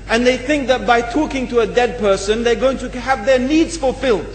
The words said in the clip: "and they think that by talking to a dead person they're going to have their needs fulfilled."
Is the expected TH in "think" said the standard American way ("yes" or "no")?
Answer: yes